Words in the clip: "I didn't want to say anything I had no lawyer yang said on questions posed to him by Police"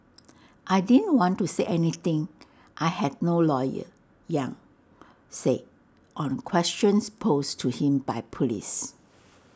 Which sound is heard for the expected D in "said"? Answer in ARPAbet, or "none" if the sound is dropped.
none